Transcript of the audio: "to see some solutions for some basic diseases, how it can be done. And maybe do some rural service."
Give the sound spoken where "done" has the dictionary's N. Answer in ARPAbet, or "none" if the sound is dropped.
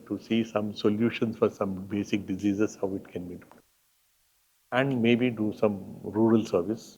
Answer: none